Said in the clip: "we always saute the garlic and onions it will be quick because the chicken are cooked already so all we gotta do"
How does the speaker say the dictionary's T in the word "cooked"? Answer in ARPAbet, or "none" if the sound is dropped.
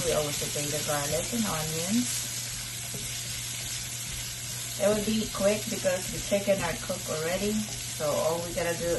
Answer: none